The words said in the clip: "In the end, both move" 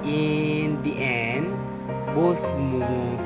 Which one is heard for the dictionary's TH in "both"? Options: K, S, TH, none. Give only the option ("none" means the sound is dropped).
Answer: S